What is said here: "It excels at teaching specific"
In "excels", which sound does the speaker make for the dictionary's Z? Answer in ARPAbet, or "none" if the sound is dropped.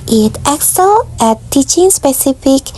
none